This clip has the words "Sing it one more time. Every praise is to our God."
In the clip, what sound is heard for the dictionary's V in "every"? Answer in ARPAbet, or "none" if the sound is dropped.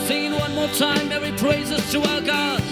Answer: none